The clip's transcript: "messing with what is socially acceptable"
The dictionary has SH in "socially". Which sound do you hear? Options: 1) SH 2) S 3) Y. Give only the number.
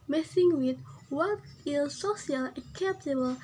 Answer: 2